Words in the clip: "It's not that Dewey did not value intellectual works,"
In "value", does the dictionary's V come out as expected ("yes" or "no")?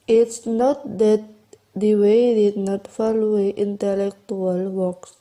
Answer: no